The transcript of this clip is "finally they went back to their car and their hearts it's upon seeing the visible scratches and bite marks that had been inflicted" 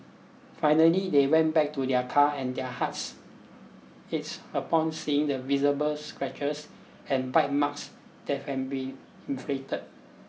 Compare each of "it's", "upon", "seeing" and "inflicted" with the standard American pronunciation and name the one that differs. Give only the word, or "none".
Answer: inflicted